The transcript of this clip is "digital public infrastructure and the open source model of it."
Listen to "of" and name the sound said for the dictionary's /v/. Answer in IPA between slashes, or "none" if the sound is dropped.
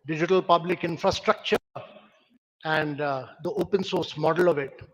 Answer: /v/